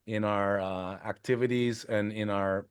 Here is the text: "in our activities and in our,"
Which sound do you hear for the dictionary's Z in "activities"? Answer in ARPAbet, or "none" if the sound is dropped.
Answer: Z